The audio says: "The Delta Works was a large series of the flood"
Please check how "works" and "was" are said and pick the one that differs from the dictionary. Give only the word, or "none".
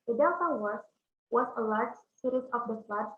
works